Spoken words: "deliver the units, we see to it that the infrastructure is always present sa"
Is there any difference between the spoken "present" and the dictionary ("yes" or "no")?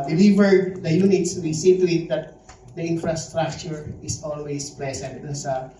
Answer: yes